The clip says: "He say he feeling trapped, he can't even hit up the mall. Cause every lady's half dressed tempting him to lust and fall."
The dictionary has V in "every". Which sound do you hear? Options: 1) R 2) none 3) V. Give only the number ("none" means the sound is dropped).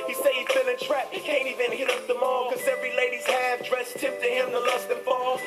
3